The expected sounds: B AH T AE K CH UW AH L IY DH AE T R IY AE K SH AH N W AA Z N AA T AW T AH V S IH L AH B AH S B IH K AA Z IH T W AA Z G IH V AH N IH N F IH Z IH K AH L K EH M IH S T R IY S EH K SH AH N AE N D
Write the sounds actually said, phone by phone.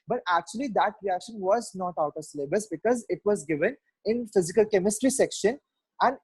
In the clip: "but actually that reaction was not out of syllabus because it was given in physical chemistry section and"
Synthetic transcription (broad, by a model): B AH T AE K CH UW AH L IY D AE T R IY AE K SH AH N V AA Z N AA T AW T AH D S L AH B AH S B IH K AA Z IH T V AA Z G IH V AH N IH N F IH Z IH K AH L K EH M IH S T R IY S EH K SH AH N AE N D